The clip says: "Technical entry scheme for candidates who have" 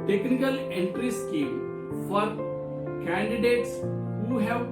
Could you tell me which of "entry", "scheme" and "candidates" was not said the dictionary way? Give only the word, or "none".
none